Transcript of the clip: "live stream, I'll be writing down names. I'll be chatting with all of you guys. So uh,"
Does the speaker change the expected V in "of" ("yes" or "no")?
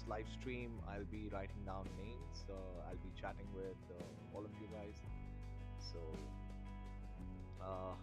yes